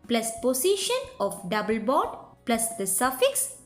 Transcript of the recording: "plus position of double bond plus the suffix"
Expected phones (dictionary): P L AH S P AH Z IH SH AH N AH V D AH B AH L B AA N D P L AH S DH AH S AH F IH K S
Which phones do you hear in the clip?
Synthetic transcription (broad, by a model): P L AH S P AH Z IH SH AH N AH F D AH B AH L B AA D P L AH S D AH S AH F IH K S